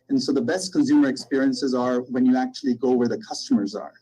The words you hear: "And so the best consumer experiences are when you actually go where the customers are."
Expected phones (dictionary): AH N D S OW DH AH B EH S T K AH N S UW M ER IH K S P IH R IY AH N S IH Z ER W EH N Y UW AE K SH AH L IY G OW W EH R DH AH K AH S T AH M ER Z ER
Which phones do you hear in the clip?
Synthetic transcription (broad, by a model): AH N S OW DH AH B EH S T K AH N S UW M ER IH K S P IH R IY AH N S IH Z ER W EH N Y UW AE K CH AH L IY G OW W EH R DH AH K AH S T AH M ER Z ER